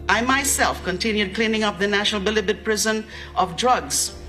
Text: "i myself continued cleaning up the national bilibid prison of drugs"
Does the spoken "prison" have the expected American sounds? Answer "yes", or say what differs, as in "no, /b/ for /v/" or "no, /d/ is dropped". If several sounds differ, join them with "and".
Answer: yes